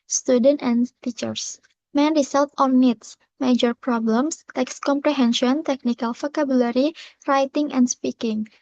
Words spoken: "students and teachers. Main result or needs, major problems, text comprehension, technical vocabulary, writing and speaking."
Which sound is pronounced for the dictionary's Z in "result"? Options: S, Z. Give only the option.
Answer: S